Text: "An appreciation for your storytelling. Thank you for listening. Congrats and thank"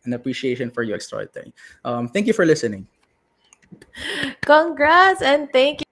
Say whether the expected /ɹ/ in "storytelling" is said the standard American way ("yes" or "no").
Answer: no